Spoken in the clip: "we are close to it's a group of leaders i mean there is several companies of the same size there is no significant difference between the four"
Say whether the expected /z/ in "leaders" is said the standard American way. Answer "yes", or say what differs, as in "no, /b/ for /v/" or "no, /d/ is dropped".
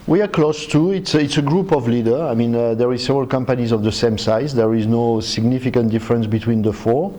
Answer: no, /z/ is dropped